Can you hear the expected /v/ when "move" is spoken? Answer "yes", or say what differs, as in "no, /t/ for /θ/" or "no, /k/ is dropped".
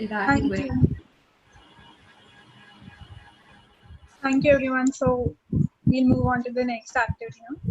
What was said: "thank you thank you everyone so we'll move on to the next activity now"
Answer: yes